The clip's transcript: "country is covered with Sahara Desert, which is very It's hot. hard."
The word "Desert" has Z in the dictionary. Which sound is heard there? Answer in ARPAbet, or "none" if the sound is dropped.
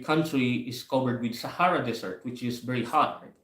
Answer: S